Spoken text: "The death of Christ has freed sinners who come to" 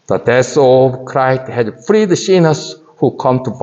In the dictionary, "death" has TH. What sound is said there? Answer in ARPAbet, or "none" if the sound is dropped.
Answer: S